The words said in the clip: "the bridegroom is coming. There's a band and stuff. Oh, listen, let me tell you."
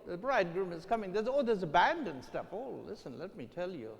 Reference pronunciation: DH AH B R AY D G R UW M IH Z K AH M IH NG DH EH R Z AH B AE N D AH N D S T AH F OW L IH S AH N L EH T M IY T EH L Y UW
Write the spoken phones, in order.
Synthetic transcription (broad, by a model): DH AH B R AY D G R UW M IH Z K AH M IH NG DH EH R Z AH B AE N D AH N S T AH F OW L IH S AH N L EH T M IY T EH L Y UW